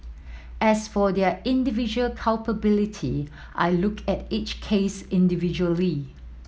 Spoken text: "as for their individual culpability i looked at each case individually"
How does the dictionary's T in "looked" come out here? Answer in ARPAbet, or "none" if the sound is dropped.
none